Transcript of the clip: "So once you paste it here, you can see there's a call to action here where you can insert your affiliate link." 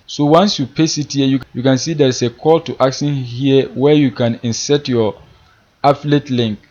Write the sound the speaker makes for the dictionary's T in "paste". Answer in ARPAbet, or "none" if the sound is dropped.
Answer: none